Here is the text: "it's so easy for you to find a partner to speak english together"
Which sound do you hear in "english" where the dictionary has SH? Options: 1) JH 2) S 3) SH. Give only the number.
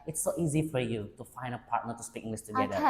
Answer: 2